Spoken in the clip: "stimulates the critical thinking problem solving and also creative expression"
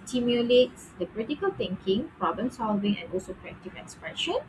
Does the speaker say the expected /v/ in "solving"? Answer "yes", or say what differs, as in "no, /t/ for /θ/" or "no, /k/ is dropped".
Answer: yes